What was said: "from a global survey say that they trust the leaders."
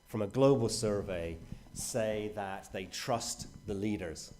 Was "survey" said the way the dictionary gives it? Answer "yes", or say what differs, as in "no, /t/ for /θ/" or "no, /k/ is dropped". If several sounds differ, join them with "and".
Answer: yes